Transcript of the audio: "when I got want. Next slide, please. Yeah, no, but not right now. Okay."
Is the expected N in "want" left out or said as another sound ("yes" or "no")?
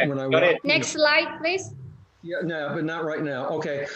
yes